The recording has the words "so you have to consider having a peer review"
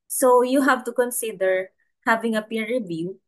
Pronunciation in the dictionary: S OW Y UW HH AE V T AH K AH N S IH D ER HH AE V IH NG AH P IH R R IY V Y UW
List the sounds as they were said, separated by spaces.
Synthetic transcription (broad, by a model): S OW Y UW HH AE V T AH K AH N S IH D ER HH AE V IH NG AH P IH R R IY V Y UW